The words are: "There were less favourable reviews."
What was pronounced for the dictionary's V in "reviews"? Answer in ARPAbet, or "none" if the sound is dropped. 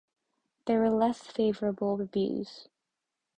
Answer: B